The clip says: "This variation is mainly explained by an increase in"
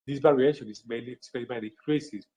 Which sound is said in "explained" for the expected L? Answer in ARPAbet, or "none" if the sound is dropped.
none